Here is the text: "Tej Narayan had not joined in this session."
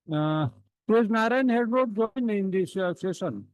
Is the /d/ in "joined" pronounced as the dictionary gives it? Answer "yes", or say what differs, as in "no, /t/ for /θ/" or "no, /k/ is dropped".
no, /d/ is dropped